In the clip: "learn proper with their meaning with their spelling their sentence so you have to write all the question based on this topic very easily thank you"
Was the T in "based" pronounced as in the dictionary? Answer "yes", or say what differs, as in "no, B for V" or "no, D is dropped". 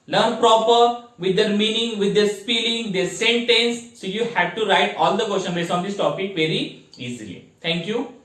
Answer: no, T is dropped